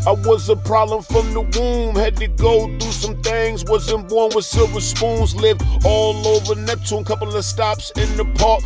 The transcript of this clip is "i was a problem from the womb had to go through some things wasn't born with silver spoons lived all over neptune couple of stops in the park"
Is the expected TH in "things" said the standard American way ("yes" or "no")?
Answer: yes